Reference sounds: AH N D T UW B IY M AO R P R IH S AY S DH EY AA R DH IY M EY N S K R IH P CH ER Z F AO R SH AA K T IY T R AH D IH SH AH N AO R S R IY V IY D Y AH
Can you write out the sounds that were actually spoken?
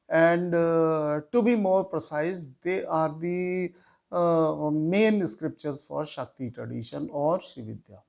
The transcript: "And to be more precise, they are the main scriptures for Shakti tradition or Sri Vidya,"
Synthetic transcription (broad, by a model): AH N D T UW B IY M AO R P R IH S AY S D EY AA R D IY M EY N S K R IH P CH ER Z F AO R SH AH K T IY T R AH D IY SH AH N AO R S IY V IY D Y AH